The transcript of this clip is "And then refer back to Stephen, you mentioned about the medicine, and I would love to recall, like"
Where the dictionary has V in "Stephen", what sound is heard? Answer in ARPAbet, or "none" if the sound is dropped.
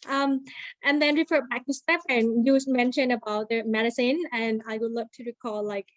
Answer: P